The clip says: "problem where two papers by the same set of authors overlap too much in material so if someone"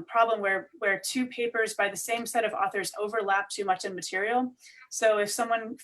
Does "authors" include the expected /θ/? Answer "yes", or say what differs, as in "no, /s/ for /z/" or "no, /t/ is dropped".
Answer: yes